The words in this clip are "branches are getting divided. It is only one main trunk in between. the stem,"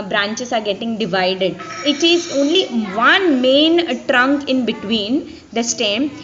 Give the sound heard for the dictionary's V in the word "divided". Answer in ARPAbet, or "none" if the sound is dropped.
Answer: V